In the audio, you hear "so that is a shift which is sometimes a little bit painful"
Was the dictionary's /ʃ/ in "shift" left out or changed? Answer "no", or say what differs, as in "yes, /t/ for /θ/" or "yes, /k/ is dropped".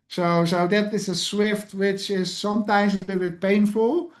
yes, /s/ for /ʃ/